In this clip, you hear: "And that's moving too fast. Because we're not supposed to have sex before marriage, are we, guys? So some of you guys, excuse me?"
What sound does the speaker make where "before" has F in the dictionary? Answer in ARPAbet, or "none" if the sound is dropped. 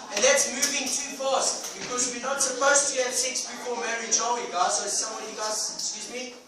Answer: P